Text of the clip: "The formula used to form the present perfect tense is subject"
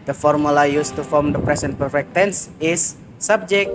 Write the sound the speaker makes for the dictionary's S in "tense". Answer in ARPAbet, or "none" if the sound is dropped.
S